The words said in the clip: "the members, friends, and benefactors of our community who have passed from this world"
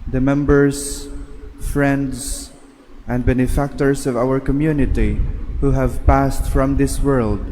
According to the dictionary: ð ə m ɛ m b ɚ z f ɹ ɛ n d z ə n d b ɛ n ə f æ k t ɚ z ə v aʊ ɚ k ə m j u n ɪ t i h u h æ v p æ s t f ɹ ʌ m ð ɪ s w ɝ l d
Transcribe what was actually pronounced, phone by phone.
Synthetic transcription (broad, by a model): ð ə m ɛ m b ɚ z f ɹ ɛ n d z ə n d b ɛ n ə f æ k t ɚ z ə v aʊ ɚ k ə m j u n ɪ t i h u h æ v p æ s t f ɹ ʌ m ð ɪ s w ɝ l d